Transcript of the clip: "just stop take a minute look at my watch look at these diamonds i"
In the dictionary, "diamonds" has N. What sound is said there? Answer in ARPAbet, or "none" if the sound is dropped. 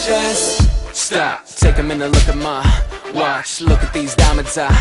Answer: none